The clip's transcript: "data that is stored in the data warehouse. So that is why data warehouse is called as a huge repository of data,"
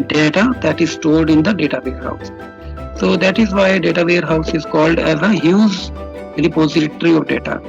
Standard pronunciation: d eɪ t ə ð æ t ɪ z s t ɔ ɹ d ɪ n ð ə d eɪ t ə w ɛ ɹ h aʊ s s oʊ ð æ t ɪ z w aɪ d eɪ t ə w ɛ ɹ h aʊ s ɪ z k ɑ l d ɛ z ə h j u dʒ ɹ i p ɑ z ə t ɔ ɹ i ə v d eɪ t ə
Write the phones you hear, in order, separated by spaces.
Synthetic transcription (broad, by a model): d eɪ t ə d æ t ɪ z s t ɔ l d ɪ n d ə d eɪ t ə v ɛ ɹ h aʊ s s oʊ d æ t ɪ z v aɪ d eɪ t ə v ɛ ɹ h aʊ s ɪ z k ɑ l d ɛ z ə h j u z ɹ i p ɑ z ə t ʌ ɹ i ə v d eɪ t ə